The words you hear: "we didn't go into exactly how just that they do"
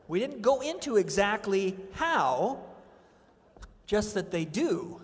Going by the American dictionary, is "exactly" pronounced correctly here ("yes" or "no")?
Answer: yes